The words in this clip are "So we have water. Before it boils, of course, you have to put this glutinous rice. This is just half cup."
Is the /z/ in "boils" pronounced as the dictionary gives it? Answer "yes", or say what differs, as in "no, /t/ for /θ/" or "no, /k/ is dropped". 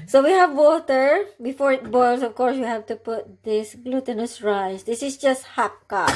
no, /s/ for /z/